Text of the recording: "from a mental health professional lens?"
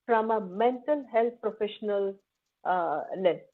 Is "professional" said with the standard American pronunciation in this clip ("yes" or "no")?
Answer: yes